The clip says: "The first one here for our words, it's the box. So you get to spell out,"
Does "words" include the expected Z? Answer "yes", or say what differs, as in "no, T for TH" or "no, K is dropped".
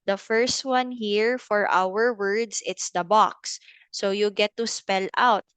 no, S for Z